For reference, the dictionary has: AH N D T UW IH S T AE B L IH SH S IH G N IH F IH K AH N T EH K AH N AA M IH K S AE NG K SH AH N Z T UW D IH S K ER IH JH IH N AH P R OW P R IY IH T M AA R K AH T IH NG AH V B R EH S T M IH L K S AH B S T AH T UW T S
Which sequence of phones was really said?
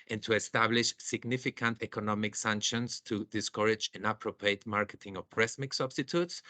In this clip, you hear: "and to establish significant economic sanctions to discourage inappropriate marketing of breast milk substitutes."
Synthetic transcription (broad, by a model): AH N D T UW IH S T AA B L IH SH S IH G N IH F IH K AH N T EH K AH N AA M IH K S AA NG K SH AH N S T UW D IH S K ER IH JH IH N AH P R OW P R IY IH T M AA R K AH T IH NG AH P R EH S M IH K S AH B S T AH T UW T S